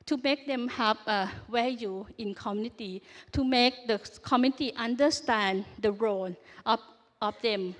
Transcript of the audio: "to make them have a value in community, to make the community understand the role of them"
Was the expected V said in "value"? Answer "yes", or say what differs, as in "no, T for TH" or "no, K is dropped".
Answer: no, W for V